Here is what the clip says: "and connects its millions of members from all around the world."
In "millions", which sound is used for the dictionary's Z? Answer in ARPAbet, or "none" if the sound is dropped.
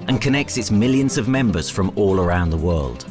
Z